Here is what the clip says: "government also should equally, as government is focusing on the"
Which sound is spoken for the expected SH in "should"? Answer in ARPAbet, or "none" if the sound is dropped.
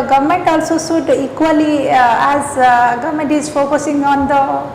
S